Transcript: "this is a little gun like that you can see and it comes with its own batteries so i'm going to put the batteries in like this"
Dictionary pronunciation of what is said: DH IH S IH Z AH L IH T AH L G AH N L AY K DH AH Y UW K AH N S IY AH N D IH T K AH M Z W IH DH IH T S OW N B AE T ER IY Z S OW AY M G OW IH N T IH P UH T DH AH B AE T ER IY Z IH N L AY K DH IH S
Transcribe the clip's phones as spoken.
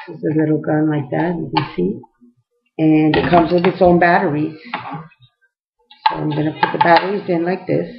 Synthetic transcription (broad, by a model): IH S IH Z AH L IH T L G AH N L AY K DH AH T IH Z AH S IY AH N IH T K AH M Z W IH DH IH T S OW N B AE T ER IY Z S OW AY M G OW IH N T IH P UH T DH AH B AE T ER IY Z IH N L AY K DH IH S